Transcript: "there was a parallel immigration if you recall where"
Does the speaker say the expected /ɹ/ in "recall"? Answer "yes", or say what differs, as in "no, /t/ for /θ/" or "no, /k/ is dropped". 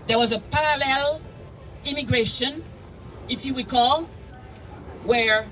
no, /w/ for /ɹ/